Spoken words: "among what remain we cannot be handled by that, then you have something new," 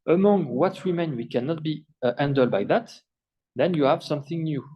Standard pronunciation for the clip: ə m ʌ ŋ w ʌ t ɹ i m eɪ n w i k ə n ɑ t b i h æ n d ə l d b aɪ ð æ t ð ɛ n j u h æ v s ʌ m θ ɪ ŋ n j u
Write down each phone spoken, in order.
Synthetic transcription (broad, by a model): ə m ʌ ŋ w ʌ t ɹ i m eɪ n w i k ə n ɑ t b i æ n d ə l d b aɪ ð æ t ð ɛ n j u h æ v s ʌ m θ ɪ ŋ n j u